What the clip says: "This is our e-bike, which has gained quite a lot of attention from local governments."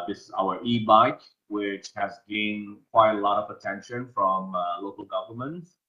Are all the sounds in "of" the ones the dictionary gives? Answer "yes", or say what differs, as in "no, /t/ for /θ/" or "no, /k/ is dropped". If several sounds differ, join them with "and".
yes